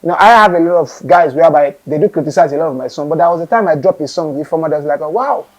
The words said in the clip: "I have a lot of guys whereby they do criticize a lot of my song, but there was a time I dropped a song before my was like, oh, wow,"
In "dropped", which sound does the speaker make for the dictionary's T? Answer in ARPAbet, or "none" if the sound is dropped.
none